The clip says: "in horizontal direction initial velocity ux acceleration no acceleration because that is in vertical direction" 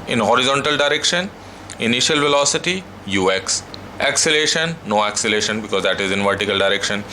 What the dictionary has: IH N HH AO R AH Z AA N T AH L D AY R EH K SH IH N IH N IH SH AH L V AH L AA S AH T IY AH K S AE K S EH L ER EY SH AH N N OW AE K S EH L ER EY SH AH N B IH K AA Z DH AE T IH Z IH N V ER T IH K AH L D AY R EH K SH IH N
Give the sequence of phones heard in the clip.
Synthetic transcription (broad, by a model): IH N HH AO R AH Z AA N T AH L D AY R EH K SH IH N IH N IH SH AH L V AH L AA S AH T IY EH K S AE K S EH L EY SH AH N N OW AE K S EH L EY SH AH N B IH K AA Z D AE T IH Z IH N V ER T IH K AH L D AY R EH K SH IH N